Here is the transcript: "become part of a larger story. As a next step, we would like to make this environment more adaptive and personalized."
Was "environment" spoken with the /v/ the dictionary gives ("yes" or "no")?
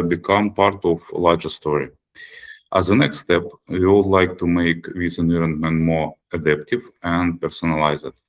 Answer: no